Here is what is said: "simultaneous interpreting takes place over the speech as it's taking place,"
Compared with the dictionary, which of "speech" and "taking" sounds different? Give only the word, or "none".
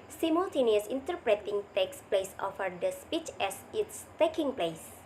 none